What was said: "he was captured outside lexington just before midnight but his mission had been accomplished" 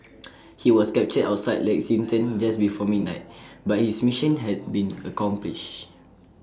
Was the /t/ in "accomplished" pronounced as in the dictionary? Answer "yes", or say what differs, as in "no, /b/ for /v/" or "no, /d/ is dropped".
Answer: no, /t/ is dropped